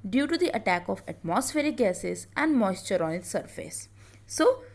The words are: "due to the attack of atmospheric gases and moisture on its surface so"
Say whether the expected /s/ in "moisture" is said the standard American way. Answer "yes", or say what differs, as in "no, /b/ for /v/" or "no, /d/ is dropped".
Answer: yes